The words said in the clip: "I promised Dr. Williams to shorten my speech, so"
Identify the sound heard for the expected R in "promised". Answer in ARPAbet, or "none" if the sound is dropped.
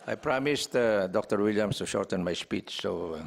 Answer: R